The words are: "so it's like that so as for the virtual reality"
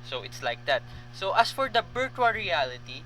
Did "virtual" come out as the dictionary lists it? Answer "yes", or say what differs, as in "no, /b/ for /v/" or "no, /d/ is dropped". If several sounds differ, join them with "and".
no, /b/ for /v/